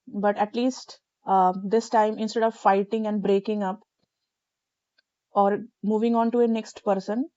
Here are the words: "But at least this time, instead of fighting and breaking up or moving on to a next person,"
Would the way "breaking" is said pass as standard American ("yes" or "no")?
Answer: yes